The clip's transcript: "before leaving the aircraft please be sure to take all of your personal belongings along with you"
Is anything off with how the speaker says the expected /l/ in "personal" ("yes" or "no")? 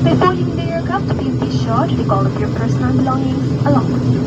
yes